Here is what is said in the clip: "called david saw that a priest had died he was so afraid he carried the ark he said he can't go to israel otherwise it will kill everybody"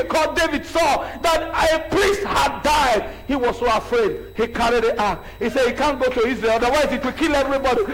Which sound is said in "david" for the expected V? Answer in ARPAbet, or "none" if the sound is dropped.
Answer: V